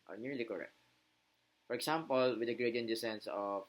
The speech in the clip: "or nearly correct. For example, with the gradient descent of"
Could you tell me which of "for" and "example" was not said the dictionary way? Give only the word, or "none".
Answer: example